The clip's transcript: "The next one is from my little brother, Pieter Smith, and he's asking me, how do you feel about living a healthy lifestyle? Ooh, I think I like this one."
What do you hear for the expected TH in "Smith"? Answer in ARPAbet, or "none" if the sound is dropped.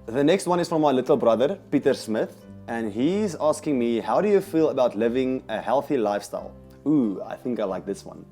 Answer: TH